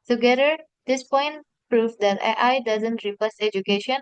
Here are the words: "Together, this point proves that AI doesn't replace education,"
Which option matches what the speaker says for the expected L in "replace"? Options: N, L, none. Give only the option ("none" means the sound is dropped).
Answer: none